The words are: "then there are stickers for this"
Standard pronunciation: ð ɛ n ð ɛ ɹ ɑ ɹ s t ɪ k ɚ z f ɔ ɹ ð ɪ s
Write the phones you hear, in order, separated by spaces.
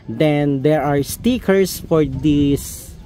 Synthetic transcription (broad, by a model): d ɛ n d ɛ ɹ ɑ ɹ s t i k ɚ s f ɔ ɹ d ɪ s